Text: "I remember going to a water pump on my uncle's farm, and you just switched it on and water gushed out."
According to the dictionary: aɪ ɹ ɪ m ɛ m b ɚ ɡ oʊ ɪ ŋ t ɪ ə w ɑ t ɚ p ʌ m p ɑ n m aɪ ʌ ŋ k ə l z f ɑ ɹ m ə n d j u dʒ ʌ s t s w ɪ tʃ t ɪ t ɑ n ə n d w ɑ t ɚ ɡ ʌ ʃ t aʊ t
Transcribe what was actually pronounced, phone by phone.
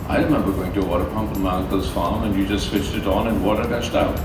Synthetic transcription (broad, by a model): aɪ ɹ ɪ m ɛ m b ɚ ɡ oʊ ɪ ŋ t ɪ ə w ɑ t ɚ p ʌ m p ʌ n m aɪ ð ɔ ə z f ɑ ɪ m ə n j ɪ dʒ ʌ s t s w ɪ tʃ t ɪ t n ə n w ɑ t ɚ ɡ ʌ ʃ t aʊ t